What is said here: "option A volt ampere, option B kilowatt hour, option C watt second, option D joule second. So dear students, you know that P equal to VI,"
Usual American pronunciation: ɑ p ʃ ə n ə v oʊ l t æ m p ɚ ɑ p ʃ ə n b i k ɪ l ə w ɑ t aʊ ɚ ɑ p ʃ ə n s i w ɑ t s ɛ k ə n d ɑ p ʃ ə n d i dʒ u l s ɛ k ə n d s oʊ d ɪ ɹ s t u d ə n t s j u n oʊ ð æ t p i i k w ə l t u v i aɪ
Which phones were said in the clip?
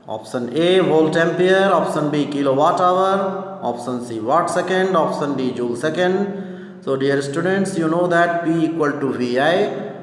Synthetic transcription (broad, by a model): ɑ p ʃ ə n ə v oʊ l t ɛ m p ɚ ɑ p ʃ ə n b i k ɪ l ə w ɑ t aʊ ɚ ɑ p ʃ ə n s i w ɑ t s ɛ k ə n d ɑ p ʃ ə n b i dʒ u l s ɛ k ə n d s oʊ d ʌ ɹ s t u d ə n t s j u n oʊ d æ t b i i k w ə l t u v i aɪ